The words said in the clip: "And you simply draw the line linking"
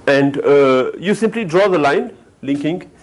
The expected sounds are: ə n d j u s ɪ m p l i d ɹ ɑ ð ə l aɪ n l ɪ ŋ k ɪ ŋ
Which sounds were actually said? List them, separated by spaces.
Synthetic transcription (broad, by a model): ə n d j u s ɪ m p l i d ɹ ɑ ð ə l aɪ n l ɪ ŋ k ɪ ŋ